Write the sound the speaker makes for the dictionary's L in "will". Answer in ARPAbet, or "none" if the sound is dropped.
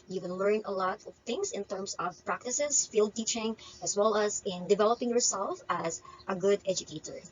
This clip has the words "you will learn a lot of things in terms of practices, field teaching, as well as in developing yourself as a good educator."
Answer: N